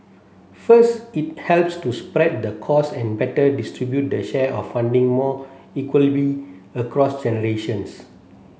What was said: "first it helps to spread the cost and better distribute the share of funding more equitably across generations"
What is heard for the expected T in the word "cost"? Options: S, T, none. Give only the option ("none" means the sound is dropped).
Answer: none